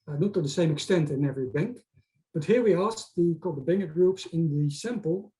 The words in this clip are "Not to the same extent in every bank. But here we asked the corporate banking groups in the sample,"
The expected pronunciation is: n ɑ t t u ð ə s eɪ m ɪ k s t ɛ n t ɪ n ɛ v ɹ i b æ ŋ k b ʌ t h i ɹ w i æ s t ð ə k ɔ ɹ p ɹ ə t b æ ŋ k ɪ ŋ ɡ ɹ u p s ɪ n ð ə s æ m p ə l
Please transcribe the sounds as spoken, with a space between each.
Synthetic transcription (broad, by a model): n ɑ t t u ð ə s eɪ m ɪ k s t ɛ n t ɪ n ɛ v ɹ i b æ ŋ k b ʌ t h i ɹ w i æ s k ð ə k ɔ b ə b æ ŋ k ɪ ɡ ɹ u p s ɪ n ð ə s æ m p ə l